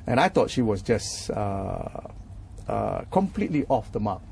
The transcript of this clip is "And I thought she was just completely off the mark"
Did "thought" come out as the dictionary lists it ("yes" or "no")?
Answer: no